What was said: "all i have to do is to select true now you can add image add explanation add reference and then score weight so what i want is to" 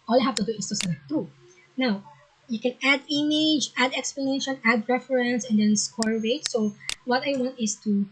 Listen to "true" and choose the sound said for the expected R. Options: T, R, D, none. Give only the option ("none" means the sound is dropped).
none